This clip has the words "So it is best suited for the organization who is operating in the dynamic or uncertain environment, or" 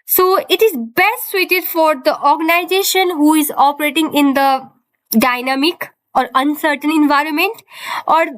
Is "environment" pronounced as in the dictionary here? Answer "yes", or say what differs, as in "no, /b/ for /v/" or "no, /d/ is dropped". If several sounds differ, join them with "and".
yes